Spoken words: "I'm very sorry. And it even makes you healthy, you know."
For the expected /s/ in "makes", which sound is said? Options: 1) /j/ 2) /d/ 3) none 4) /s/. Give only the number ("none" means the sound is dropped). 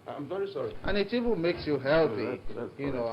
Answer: 4